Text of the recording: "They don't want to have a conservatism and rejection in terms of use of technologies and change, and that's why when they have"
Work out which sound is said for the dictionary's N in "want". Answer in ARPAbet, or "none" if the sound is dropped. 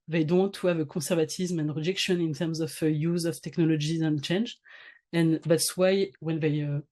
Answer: none